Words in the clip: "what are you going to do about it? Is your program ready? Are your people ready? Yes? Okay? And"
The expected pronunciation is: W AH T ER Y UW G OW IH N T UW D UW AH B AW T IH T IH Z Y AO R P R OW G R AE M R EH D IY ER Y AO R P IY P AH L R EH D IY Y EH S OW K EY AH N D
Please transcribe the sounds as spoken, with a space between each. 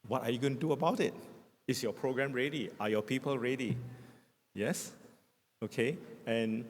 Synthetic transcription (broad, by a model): W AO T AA Y UW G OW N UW D UW AH B AW T IH T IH S Y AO P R OW G R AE M R EH D IY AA Y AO P IY P AH L R EH D IY Y EH S OW K EY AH N